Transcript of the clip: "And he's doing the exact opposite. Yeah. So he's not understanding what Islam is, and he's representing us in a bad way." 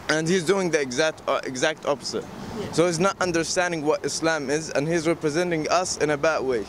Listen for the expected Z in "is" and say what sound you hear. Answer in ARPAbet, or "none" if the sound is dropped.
Z